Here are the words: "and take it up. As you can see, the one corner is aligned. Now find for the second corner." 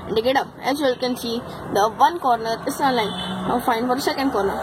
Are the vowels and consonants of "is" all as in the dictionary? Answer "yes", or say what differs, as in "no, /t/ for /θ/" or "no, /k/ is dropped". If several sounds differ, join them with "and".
no, /s/ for /z/